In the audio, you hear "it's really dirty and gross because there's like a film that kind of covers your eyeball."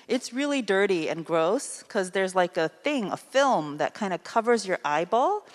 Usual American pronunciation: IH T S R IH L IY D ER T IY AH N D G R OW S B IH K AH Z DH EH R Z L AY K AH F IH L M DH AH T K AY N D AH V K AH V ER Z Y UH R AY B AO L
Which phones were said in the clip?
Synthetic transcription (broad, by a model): IH T S R IH L IY D ER T IY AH N G R OW S K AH Z DH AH R Z L AY K AH F IH L M DH AH T K AY N D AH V K AH V ER Z Y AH R AY B AO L